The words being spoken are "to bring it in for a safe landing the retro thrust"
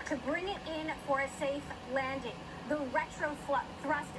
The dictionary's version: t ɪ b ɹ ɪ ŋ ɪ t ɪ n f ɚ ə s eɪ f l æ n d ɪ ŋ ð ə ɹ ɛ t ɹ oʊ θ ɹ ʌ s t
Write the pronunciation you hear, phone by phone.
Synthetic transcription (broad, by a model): t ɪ b ɹ ɪ ŋ ɪ t ɪ n f ɚ ə s eɪ f l æ n d ɪ ŋ ð ə ɹ ɛ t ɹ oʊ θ ɹ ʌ s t